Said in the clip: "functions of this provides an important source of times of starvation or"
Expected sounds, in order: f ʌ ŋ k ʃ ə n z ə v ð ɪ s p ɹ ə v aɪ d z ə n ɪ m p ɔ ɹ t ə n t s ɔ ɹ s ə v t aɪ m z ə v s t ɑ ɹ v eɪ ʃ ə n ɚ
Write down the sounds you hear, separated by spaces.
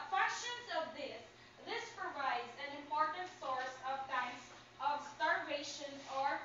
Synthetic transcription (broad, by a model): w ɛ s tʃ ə n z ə v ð ɪ s p ɹ ə v aɪ d z ə n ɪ m p ɔ ɹ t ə n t s ɔ ɹ s ə v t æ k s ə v s t ɑ ɹ v eɪ ʃ ə n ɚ